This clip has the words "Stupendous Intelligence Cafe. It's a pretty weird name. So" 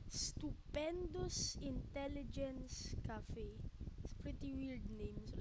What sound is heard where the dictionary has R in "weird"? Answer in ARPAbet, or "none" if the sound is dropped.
L